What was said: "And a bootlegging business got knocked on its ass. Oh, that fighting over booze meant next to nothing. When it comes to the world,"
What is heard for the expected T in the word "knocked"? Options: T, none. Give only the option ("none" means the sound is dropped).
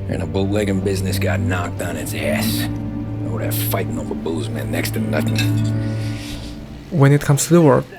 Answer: T